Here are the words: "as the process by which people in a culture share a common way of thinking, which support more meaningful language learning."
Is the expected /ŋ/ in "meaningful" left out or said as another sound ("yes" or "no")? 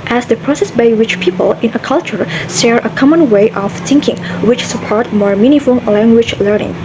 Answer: yes